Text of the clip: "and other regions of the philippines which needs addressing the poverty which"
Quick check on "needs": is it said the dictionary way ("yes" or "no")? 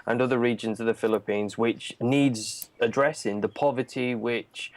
yes